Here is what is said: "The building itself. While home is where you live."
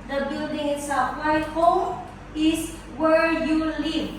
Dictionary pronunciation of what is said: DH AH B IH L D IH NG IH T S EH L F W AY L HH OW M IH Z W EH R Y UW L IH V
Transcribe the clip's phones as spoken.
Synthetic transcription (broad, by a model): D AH B IH L D IH NG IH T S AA F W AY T HH OW M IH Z W EH R Y UW L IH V